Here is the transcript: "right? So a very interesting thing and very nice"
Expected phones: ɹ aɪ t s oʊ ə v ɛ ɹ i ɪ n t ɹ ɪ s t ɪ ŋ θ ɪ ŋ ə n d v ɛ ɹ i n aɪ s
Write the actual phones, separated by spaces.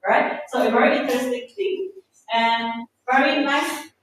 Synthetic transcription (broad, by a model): ɹ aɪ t s oʊ ə v ɛ ɹ i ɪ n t ɪ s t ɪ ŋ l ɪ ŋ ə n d v ɛ ɹ i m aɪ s